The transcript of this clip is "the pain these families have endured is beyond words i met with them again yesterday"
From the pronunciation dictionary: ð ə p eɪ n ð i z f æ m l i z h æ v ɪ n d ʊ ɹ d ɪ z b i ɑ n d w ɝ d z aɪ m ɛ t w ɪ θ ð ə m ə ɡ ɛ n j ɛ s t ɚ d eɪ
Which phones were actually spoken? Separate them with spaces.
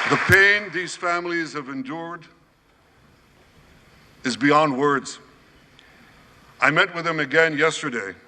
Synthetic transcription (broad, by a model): ð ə p eɪ n ð i z f æ m l i z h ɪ v ɪ n d ʊ ɹ d ɪ z b i ɑ n d w ɝ d z aɪ m ɛ t w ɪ ð ə m ə ɡ ɛ n j ɛ s t ɚ d eɪ